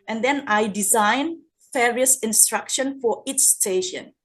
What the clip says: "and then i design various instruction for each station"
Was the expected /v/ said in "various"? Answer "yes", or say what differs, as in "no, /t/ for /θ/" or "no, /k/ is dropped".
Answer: no, /f/ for /v/